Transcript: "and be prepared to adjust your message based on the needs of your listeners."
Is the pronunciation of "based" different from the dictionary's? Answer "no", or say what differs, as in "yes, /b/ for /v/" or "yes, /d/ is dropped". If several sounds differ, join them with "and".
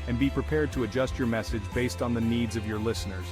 no